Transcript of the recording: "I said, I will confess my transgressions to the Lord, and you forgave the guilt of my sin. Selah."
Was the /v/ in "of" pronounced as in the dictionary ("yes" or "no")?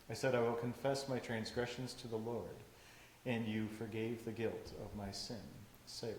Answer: yes